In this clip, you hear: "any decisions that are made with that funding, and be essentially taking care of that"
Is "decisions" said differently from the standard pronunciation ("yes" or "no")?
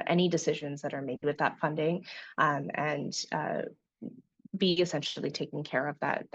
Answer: no